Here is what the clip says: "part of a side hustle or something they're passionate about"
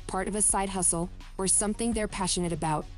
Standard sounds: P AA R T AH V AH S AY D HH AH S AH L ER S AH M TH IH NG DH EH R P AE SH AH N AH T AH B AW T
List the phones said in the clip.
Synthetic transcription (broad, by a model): P AA R T AH V AH S AY D HH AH S L ER S AH M TH IH NG DH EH R P AE SH AH N AH T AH B AW T